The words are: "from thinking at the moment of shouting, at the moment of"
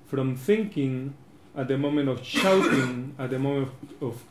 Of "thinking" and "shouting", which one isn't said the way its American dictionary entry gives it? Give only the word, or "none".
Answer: none